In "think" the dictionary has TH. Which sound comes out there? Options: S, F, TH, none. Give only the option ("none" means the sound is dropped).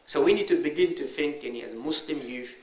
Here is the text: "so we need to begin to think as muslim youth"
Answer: F